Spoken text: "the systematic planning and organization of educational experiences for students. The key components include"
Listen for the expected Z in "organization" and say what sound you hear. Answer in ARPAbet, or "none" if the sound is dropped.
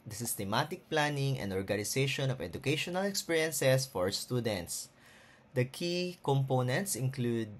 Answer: S